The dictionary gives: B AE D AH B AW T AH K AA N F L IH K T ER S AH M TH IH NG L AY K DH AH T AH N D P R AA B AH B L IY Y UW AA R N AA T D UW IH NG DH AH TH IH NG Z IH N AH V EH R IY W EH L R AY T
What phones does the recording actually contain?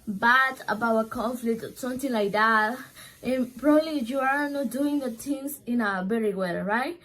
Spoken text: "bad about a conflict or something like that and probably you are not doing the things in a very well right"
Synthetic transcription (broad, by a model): B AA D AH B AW AH K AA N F L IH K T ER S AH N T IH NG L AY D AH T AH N P R AA B AH B L IY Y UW AA R N AA T D UW IH NG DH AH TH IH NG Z IH N AH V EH R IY W EH L R AY T